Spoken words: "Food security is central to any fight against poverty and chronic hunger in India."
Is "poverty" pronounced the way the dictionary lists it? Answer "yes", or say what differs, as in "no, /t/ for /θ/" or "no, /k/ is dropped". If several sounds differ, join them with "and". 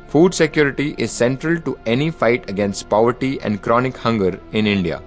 yes